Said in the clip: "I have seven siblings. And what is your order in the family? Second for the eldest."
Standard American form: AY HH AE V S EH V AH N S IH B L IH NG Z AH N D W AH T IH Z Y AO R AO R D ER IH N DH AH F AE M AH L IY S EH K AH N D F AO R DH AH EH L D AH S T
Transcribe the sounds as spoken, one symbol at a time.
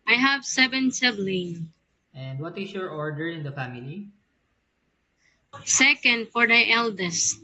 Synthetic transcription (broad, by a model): AY HH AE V S EH V AH N S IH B L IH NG AH N D W AH T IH S Y AO R AO R D ER IH N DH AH F AE M AH L IY S EH K AH N D F AO R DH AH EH L D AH S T